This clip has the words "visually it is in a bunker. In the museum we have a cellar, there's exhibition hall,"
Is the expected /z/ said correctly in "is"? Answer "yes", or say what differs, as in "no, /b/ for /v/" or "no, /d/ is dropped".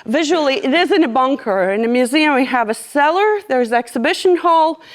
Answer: yes